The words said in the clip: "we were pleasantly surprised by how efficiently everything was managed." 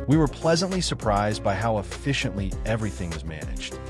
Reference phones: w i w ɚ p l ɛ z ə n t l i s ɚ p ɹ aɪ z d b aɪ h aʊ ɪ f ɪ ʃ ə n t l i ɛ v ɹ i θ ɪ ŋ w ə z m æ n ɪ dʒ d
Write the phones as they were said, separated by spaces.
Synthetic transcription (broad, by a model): w i w ɚ p l ɛ z ə n t l i s ɚ p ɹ aɪ z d b aɪ h aʊ ɪ f ɪ ʃ ə n t l i ɛ v ɹ i θ ɪ ŋ w ə z m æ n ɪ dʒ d